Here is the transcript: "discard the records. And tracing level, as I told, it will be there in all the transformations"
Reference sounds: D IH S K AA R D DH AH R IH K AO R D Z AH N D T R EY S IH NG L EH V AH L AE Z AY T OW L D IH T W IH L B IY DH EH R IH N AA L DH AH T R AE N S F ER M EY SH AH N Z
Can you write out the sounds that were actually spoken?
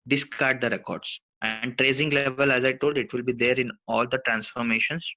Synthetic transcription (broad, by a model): D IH S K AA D D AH R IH K AO R D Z AH N D T R EY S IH NG L EH V AH L AE Z AY T OW L D IH T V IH L B IY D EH R IH N AA L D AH T R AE N S F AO M EY SH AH N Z